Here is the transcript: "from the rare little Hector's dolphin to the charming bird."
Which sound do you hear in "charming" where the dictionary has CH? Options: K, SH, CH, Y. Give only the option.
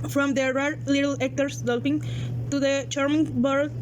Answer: CH